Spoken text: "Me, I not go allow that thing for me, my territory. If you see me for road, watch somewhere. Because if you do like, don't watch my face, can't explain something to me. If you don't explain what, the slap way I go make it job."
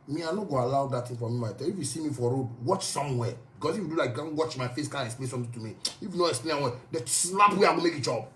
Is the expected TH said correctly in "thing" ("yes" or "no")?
no